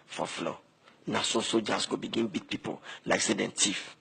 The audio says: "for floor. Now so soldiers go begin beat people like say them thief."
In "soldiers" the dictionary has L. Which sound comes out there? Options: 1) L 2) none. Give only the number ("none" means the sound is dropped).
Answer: 2